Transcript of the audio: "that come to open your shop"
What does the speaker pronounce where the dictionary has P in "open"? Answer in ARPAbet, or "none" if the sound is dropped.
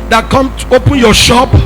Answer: P